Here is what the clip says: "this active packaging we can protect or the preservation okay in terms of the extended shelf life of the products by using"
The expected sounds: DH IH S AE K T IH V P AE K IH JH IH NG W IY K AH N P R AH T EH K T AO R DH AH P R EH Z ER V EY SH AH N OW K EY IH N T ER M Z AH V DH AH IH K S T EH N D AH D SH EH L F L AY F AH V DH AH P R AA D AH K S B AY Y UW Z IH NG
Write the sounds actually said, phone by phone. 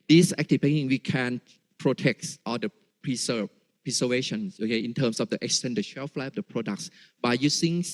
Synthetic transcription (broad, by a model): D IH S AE K T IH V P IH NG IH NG W IY K AH N P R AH T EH K T AO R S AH P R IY S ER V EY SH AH N OW K EY IH N T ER M S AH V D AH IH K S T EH N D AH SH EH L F L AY AH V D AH P R AA D AH K S B AY Y UW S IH NG